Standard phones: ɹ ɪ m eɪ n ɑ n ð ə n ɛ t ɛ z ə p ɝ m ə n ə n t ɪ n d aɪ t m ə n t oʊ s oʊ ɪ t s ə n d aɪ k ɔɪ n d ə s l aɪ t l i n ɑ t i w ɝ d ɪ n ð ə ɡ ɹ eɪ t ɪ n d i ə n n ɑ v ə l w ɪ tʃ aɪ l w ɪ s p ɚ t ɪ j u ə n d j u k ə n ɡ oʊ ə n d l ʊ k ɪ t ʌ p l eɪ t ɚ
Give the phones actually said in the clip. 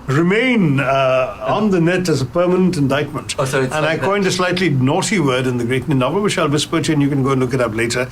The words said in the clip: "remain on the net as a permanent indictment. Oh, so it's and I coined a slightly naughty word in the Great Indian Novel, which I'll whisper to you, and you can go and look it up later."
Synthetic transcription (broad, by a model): ɹ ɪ m eɪ n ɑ n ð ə n ɛ t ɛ z ə p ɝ m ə n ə n t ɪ n d aɪ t m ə n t t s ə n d aɪ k ɔɪ n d ə s l aɪ t l i n ɑ t i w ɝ d ɪ n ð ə ɡ ɹ eɪ t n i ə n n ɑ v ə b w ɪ ʃ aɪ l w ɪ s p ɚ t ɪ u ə n j u k ə n ɡ oʊ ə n l ʊ k ɪ t ʌ p l eɪ t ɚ